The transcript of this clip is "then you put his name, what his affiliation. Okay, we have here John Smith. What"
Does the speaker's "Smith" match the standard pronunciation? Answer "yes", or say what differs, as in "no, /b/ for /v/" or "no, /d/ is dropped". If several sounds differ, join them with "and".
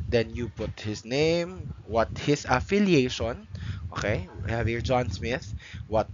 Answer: yes